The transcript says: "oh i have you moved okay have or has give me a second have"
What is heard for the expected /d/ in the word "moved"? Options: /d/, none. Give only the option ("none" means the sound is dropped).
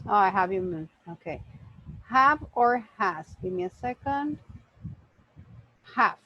none